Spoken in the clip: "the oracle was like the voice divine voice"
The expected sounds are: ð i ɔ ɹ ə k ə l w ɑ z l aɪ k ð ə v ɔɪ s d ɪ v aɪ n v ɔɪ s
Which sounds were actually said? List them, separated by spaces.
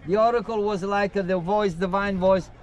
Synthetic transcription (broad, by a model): ð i ɔ ɹ ə k ə l w ɑ z l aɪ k ð ə v ɔɪ s d ɪ v aɪ n v ɔɪ s